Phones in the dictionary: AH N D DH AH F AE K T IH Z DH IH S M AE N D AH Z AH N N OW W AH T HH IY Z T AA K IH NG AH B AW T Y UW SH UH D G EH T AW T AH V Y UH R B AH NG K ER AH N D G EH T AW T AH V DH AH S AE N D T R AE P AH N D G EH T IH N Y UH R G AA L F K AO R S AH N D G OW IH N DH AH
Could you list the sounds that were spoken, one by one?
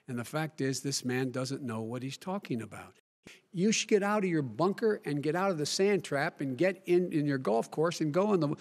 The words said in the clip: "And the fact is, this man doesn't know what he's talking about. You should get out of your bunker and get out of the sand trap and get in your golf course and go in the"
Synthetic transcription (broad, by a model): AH N DH AH F AE K T IH Z DH IH S M AE N D AH Z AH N N OW W AH T HH IY Z T AA K IH NG AH B AW T Y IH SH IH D G EH T AW T AH V Y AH R B AH NG K ER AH N G EH T AW T AH V DH AH S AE N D T R AE P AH N G EH T IH N Y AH R G AA L F K AO R S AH N G OW IH N DH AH